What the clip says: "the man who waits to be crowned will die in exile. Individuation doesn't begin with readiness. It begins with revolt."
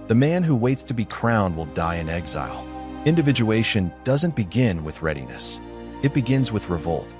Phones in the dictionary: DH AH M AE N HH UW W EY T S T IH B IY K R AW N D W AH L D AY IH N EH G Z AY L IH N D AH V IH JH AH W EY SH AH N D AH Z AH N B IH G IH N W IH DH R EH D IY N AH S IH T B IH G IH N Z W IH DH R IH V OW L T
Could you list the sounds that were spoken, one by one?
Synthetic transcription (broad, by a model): DH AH M AE N HH UW W EY T S T IH B IY K R AW N D W AH L D AY IH N EH G Z AY L IH N D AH V IH JH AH EY SH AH N D AH Z AH N B IH G IH N W IH DH R EH D IY N AH S IH T B IH G IH N Z W IH DH R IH V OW L T